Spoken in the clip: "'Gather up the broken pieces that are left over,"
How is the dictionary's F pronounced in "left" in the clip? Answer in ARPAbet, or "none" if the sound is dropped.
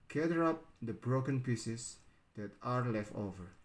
F